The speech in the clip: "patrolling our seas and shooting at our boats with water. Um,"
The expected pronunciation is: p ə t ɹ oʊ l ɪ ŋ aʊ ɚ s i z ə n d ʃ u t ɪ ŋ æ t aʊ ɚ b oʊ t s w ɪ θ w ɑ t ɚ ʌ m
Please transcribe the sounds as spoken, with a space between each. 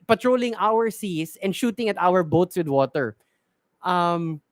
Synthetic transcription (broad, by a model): p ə t ɹ oʊ l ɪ ŋ aʊ ɚ s i s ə n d ʃ u t ɪ ŋ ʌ t aʊ ɚ b oʊ t s w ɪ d w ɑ t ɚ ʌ m